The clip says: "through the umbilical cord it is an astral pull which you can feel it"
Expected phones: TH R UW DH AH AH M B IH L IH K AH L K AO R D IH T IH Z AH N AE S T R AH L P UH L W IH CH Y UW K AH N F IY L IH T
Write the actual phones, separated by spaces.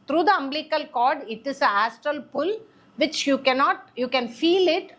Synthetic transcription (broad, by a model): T R UW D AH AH M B L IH K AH L K AO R D IH T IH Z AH AE S T R AH L P UH L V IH CH Y UW K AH N F IY L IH T